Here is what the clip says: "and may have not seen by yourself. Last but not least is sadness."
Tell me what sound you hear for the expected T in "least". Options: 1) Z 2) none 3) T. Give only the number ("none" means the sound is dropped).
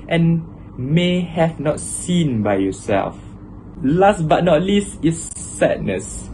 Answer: 3